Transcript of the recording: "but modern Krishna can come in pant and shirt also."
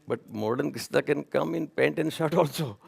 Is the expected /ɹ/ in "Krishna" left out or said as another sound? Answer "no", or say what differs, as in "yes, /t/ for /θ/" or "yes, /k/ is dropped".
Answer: yes, /ɹ/ is dropped